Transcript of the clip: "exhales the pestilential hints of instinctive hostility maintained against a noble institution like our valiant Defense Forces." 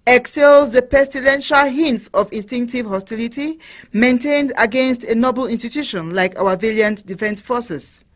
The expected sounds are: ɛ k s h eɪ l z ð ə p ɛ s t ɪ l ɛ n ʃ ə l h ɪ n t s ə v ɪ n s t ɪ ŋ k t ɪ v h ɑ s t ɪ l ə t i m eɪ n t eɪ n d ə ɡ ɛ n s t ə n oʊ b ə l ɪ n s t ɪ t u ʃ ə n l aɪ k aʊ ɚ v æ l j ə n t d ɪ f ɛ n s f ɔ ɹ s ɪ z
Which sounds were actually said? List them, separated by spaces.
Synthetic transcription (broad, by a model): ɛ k s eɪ l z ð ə p ɛ s t ɪ l ɛ n ʃ ə l h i n t s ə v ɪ n s t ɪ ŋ k t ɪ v h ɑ s t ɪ l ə t i m eɪ n t eɪ n d ə ɡ ɛ n s t ə n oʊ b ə l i n s t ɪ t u ʃ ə n l aɪ k aʊ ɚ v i l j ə n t d ɪ f ɛ n s f ɔ s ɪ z